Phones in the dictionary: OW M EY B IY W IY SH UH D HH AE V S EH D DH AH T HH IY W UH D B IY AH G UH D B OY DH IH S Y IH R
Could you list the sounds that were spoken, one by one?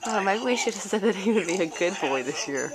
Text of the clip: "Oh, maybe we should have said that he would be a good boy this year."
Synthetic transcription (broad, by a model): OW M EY IY W IY SH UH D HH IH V S EH D DH AH T HH IY W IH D B IY AH G UH D B OY DH IH S Y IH R